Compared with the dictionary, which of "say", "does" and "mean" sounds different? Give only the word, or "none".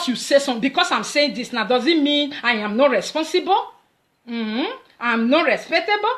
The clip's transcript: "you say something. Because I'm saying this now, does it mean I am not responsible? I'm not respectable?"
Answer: none